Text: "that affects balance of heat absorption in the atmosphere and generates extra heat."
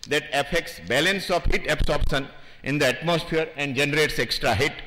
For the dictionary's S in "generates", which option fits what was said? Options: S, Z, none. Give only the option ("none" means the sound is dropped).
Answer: S